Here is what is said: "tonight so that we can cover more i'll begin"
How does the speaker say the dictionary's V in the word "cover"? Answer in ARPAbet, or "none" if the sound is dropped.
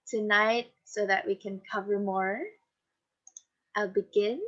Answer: V